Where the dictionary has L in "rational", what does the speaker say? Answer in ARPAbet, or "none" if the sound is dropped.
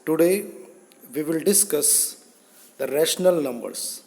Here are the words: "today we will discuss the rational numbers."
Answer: L